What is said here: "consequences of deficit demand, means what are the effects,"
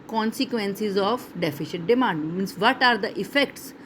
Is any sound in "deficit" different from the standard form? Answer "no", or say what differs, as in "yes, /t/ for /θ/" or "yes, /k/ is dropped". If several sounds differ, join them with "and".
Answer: yes, /ʃ/ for /s/